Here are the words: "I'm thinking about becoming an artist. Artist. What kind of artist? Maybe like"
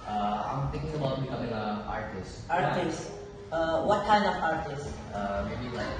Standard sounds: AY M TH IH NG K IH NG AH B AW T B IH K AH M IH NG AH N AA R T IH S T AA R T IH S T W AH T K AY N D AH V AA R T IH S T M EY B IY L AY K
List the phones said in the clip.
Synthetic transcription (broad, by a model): AY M T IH NG K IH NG AH B AW T B IH K AH M IH NG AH AA R T IH S T AA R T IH S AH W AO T K AY N D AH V AA R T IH S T M EY B IY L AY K